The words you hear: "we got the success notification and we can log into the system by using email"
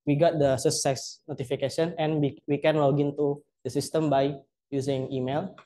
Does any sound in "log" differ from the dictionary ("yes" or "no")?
yes